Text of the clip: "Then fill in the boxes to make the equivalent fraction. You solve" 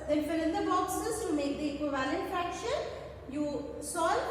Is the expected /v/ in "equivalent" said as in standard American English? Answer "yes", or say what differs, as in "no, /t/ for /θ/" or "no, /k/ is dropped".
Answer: yes